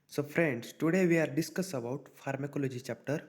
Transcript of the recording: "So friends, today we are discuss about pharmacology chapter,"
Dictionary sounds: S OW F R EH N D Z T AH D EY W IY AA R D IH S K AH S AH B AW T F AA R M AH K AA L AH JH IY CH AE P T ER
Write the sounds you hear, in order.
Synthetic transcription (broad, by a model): S OW F R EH N D S T AH D EY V IY AA R D IH S K AH S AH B AW T F AA R M AH K AA L AH JH IY CH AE P T ER